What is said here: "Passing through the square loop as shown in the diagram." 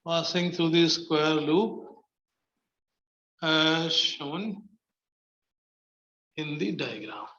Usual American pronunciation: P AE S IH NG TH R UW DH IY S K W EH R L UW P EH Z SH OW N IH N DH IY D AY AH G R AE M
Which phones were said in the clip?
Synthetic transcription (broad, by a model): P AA S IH NG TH R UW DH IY S K W EH R L UW P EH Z SH OW N IH N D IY D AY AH G R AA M